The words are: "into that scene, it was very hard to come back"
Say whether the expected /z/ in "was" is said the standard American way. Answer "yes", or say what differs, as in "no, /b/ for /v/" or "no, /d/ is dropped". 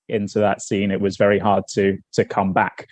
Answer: yes